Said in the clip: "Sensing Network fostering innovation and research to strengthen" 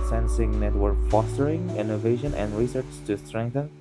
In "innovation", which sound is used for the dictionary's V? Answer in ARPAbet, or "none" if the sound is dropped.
V